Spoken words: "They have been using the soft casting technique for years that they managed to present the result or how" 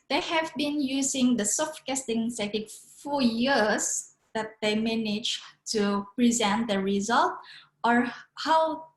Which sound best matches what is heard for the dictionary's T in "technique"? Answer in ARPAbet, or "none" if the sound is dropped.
S